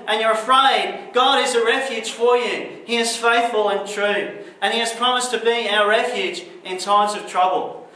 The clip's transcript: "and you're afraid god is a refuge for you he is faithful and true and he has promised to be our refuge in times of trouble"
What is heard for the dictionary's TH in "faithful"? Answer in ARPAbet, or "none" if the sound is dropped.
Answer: TH